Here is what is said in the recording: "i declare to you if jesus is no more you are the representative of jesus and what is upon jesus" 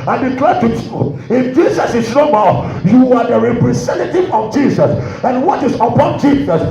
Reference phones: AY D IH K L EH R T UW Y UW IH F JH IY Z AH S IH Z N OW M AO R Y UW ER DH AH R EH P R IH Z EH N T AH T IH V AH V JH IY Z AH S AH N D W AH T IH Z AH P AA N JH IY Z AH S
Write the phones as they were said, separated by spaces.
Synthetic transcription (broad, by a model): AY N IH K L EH T UW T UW IH F JH IY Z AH S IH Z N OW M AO L Y UW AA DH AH R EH P R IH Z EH N T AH T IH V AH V JH IY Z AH S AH N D W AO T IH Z AH P AA N JH IY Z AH S